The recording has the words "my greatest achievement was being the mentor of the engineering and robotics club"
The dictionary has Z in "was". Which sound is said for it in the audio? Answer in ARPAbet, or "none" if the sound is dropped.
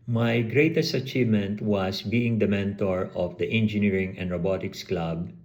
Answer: S